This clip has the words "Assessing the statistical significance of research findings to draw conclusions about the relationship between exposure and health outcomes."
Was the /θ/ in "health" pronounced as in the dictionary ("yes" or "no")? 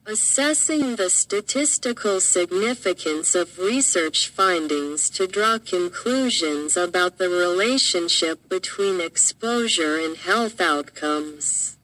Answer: yes